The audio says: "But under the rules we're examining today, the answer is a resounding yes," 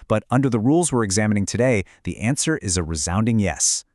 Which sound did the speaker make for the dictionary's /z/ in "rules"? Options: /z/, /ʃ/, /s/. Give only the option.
/z/